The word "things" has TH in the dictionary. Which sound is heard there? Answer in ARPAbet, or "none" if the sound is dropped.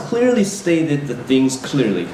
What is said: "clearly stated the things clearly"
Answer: TH